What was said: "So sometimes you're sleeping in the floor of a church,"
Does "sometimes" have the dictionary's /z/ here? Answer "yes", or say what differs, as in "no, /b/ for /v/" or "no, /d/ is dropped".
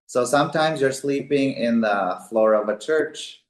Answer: yes